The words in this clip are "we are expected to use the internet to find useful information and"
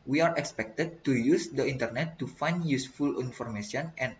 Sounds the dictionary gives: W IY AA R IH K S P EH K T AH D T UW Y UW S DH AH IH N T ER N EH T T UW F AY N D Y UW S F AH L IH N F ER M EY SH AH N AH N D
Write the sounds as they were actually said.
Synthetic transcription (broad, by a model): W IY AA R IH K S P EH K T AH D T UW Y UW S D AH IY N T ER N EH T T UW F AY N D Y UW S F AH L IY N F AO M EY S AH N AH N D